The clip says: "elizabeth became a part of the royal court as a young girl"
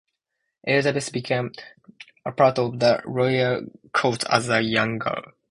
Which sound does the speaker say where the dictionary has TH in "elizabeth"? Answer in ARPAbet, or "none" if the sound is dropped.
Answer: S